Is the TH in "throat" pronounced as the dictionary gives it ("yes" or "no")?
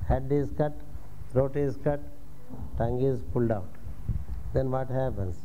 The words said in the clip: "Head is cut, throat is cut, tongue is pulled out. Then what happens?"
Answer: no